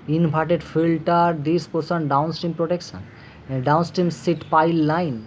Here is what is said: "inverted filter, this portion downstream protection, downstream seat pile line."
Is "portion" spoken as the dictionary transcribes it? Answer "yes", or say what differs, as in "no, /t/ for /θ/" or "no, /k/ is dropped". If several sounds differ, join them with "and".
no, /s/ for /ʃ/